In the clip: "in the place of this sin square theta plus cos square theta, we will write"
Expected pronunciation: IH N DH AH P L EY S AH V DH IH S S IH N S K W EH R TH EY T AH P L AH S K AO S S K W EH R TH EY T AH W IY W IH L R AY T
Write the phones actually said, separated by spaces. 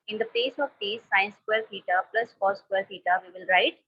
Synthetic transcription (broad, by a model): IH N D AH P EY S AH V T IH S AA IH N S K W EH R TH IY T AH P L AH S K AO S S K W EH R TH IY T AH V IY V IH L R AY T